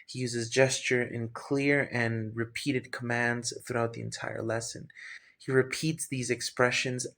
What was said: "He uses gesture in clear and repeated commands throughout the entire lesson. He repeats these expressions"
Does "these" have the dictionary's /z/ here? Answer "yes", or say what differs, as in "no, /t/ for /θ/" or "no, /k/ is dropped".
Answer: yes